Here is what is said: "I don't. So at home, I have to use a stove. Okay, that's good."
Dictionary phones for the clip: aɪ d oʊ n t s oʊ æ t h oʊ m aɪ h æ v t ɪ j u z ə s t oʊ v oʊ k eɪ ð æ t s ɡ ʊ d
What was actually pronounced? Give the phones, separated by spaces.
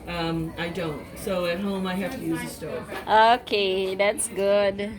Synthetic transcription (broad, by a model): aɪ d oʊ n t s oʊ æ t h oʊ m aɪ h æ f t ɪ j u z ə s t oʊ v oʊ k eɪ ð æ t s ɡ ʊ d